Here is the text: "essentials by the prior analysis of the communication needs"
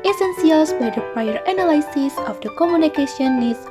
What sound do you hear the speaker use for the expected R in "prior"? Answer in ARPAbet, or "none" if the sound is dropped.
none